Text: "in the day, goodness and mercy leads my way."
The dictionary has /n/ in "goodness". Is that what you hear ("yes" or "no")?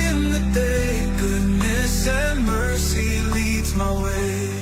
yes